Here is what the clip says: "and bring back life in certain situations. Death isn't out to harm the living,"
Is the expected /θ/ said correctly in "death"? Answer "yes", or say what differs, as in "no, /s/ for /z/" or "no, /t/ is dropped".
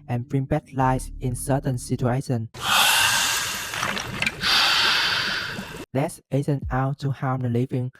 no, /s/ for /θ/